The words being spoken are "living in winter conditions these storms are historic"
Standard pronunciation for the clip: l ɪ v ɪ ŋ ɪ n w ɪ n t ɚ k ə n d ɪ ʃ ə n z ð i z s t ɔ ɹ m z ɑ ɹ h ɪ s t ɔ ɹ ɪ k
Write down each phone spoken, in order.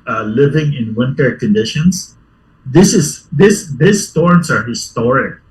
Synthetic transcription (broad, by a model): l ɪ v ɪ ŋ ɪ n w ɪ n t ɚ k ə n d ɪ ʃ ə n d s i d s t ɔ ɹ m s ɑ ɹ h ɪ s t ɔ ɹ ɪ k